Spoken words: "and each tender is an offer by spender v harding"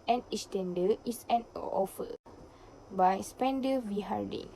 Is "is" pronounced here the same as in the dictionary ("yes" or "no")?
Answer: no